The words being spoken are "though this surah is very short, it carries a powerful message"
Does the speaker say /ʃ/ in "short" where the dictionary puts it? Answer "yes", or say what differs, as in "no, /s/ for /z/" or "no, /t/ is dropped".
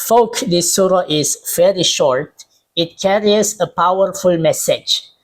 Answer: yes